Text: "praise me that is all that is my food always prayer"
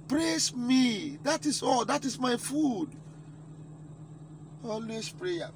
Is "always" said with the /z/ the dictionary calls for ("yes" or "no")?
no